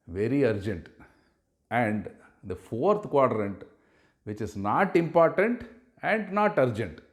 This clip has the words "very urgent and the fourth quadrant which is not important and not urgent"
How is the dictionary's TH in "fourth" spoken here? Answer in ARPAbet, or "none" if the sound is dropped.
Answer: T